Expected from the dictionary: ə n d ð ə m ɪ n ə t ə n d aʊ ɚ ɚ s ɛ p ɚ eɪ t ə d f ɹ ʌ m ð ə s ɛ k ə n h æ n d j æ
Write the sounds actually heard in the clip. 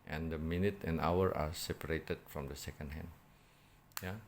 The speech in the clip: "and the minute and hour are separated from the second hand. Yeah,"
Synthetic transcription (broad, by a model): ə n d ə m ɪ n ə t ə n aʊ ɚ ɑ s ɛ p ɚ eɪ t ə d f ɹ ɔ m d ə s ɛ k ə n h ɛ n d j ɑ